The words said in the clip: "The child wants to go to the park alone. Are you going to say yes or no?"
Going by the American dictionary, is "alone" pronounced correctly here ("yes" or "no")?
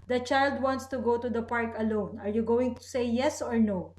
yes